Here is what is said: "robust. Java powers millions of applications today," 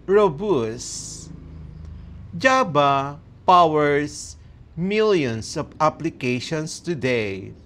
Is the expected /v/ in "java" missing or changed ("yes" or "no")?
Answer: yes